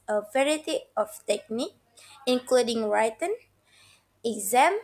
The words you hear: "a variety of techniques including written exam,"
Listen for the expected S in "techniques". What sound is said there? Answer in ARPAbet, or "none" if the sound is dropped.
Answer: none